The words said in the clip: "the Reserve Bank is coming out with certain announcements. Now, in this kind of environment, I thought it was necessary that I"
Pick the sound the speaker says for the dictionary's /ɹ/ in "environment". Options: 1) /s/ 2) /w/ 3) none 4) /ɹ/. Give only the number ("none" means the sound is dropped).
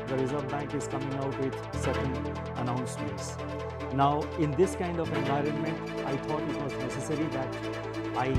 4